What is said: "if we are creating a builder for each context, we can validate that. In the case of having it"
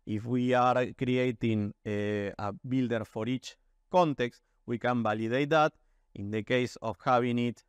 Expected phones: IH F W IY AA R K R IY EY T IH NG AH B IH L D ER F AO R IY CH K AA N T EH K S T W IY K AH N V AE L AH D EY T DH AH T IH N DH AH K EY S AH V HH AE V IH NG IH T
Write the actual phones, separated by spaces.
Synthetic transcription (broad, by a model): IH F W IY AA R K R IY EY T IH NG AH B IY L D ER F AO R IY CH K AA N T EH K S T W IY K AH N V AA L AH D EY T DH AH T IH N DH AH K EY S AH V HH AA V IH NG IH T